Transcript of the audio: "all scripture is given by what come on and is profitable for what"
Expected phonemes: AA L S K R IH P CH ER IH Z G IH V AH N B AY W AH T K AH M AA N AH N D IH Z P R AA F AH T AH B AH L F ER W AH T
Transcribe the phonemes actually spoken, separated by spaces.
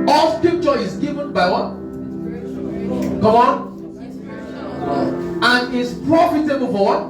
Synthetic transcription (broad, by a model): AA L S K IH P CH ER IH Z G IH V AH N B AY W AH T K AH M AA N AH N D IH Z P R AA F AH T AH B AH L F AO W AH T